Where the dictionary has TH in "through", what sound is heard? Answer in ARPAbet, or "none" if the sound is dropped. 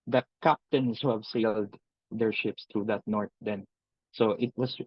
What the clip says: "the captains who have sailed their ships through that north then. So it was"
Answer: T